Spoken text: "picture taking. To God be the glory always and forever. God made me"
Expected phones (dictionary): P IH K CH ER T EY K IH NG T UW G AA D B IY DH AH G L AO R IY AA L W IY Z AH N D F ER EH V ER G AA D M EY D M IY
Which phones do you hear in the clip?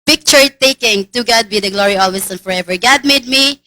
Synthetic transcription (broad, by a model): P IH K CH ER T EY K IH NG T UW G AA D B IY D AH G L AO R IY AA L W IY S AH N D F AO EH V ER G AA D M EY D M IY